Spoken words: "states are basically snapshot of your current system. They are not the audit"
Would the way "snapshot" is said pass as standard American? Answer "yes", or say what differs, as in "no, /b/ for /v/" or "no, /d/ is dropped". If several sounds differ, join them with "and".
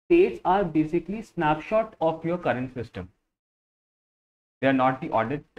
yes